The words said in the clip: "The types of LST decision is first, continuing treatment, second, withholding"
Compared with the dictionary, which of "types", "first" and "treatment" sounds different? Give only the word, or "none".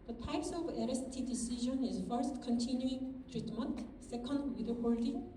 none